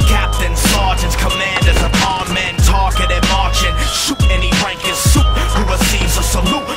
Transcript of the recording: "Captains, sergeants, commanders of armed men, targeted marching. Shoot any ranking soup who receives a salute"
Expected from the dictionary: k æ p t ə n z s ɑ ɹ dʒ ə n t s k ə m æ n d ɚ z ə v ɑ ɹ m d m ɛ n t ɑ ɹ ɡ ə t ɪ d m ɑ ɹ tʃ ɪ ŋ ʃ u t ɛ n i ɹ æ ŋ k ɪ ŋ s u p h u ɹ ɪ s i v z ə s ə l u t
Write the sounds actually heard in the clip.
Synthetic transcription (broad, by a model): k æ p t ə n s ɑ ɹ dʒ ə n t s k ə m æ n d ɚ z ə p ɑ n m m ɛ n t ɑ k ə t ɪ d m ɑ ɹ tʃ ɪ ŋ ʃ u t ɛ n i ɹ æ ŋ k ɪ s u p h u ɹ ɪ s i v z ə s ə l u